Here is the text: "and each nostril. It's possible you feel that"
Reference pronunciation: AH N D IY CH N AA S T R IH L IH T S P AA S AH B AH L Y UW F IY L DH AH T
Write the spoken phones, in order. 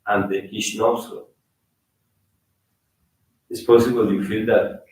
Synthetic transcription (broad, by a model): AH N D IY SH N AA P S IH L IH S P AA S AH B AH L Y UW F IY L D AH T